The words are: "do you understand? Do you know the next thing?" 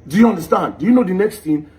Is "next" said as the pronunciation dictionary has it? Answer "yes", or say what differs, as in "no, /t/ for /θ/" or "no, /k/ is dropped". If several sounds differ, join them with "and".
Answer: yes